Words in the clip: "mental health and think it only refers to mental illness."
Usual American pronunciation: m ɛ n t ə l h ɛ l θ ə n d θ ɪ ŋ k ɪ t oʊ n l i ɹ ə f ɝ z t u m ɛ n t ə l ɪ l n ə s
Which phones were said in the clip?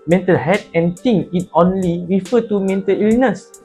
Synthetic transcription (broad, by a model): m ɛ n t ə l h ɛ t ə n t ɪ ŋ ɪ t oʊ n l i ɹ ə f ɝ t u m ɛ n t ə l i l n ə s